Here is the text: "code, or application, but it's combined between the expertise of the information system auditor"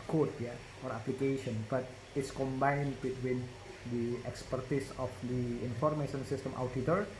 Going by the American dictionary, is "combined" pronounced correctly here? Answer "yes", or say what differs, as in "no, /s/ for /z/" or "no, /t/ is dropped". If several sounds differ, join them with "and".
yes